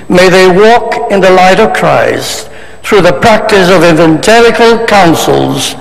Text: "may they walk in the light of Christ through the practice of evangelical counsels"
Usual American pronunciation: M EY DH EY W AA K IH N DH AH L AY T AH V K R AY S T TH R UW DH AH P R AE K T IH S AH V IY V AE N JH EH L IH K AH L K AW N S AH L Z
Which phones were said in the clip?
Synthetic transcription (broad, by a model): M EY DH EY W AA K IH N DH AH L AY T AH V K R AY S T TH R UW DH AH P R AE K T IH S AH V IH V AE N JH EH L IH K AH L K AW N S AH L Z